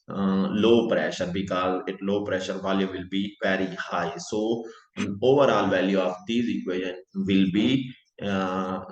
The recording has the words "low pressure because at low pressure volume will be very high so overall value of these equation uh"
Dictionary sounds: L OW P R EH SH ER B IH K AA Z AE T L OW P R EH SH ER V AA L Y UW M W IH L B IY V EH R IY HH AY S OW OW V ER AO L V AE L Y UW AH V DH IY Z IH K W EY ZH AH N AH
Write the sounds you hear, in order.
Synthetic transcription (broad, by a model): L OW P R EH SH ER B IH K AA Z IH T L OW P R EH SH ER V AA L Y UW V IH L B IY P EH R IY HH AY S OW OW V ER AO L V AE L Y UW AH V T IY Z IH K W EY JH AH N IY